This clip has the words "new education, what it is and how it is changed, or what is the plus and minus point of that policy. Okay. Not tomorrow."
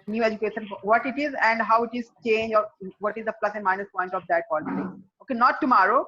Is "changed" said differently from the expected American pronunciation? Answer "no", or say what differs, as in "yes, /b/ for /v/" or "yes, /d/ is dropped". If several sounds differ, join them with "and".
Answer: yes, /d/ is dropped